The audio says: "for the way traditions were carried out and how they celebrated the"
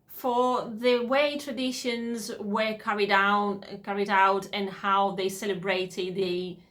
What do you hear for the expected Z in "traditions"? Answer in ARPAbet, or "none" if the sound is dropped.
Z